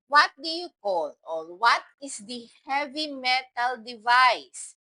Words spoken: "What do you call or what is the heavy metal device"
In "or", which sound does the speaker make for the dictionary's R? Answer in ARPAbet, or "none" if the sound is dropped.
L